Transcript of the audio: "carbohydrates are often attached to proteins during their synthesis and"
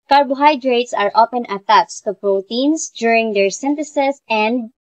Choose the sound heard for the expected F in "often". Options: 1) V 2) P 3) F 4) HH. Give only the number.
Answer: 2